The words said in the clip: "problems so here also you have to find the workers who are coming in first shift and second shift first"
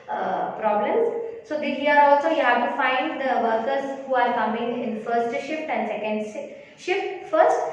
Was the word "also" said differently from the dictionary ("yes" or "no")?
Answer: no